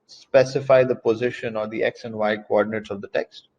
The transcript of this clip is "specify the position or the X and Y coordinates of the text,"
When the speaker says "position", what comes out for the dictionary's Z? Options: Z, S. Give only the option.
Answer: Z